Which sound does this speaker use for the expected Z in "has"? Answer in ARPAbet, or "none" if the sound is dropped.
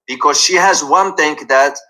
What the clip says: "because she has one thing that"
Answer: Z